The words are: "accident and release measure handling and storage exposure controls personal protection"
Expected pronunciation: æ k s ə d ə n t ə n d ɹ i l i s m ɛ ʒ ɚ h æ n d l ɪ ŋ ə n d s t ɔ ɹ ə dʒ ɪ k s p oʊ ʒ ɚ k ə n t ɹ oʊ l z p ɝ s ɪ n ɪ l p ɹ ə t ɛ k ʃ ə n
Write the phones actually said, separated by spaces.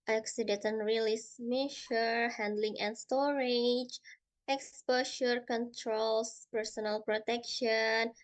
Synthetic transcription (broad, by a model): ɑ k s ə d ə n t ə n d ɹ i l i s m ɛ ʃ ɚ h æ n d l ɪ ŋ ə n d s t ɔ ɹ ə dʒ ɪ k s p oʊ ʃ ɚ k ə n t ɹ oʊ l s p ɝ s ɪ n ɪ l p ɹ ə t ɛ k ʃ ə n